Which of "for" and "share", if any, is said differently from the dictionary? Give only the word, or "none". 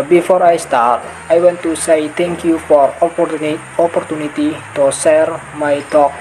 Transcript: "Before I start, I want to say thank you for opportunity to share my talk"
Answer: share